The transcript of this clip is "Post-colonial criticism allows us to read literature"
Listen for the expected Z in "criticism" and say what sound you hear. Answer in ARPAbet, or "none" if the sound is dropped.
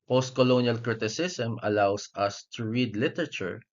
S